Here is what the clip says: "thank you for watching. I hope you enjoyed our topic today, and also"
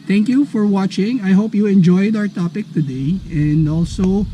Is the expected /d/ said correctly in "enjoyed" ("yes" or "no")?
yes